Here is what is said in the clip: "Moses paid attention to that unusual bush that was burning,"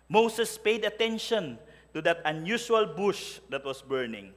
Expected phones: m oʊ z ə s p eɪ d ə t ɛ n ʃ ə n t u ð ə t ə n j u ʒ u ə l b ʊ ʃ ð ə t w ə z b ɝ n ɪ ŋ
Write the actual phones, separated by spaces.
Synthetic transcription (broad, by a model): m oʊ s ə s p eɪ d ə t ɛ n ʃ ə n t u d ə t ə n j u ʃ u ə l b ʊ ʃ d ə t w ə s b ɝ n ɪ ŋ